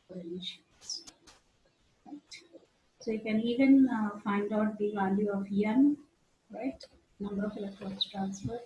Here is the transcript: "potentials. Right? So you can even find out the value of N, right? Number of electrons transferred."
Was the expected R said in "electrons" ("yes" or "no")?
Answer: no